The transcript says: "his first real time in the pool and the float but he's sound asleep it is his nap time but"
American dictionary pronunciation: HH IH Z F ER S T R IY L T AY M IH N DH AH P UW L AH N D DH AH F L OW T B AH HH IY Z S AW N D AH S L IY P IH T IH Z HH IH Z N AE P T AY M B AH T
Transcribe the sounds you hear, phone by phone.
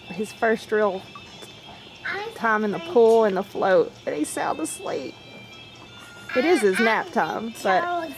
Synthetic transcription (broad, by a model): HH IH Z F ER S T R IY L T AY M IH N DH AH P UW L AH N DH AH F L OW T B AH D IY S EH L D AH S L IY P IH T IH Z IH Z N AE P T AY M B AH T